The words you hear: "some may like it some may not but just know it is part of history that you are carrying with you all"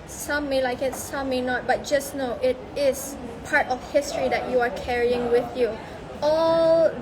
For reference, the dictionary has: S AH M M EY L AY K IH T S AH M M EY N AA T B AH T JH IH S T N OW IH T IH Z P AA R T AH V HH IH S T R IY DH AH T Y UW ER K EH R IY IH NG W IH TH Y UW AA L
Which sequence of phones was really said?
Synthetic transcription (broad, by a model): S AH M M EY L AY K IH T S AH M M EY N AA T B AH T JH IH S N OW IH T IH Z P AA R T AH F HH IH S T R IY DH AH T Y UW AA K EH R IY IH NG W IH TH Y UW AA L